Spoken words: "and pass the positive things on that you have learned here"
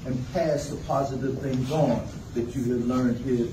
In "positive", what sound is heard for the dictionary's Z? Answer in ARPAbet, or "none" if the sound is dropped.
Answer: Z